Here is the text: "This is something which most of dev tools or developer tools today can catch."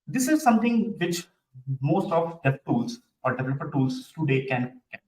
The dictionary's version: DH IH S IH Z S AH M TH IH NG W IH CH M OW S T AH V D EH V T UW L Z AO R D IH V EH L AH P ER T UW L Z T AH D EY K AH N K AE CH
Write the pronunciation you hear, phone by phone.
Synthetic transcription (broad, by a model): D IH S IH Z S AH M T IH NG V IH CH M OW S T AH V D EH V T UW L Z AO R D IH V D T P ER T UW L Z T AH D EY K AH N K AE